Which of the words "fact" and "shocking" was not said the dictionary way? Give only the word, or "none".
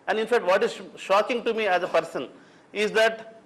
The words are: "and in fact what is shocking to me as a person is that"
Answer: none